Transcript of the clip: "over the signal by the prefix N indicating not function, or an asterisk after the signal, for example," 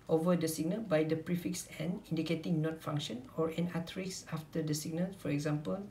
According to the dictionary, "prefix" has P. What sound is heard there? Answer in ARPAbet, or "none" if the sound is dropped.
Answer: P